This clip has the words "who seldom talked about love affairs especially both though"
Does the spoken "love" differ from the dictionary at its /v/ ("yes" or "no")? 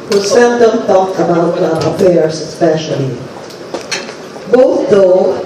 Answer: yes